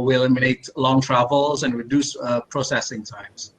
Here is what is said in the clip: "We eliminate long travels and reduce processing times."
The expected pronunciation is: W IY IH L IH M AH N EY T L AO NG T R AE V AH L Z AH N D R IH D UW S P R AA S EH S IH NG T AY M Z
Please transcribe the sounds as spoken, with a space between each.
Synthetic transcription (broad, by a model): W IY IH L IH M AH N EY T L AO NG T R AE V AH L Z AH N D R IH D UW S P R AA S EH S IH NG T AY M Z